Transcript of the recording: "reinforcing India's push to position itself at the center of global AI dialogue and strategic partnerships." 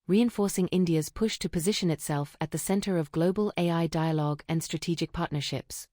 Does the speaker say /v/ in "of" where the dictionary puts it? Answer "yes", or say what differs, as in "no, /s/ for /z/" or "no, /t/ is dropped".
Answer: yes